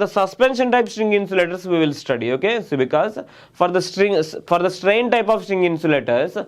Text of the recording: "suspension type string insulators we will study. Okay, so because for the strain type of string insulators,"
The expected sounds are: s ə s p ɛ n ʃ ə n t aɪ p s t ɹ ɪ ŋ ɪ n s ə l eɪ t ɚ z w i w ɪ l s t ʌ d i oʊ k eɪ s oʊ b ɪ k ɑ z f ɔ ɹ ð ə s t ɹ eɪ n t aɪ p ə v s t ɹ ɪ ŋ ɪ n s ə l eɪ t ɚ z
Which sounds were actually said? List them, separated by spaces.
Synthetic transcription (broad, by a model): s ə s p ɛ n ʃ ə n t aɪ p s t ɹ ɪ ŋ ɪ n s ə l eɪ t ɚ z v i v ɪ l s t ʌ d i oʊ k eɪ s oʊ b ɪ k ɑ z f ɔ ɹ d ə s t ɹ eɪ n t aɪ p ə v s t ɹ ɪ ŋ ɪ n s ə l eɪ t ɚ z